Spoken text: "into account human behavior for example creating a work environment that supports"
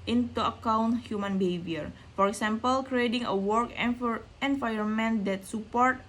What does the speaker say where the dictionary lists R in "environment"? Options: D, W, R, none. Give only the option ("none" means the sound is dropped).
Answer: none